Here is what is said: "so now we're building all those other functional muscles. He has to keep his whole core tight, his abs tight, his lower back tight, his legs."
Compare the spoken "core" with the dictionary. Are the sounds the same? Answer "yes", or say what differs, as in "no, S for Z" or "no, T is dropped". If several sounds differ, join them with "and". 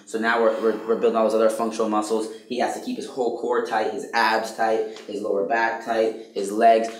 yes